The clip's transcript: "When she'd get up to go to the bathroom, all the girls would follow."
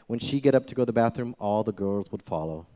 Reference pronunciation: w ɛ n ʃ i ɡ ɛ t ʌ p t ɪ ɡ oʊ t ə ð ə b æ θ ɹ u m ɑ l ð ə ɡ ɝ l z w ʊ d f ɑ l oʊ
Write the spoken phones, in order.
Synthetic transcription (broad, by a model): w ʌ n ʃ i ɡ ɛ t ʌ p t ɪ ɡ oʊ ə ð ə b æ θ ɹ u m ɑ l ð ə ɡ ɝ l z w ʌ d f ɑ l oʊ